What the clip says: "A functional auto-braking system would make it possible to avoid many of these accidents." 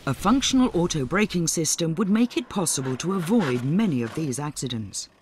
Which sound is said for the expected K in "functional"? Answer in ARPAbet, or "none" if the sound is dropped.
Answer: K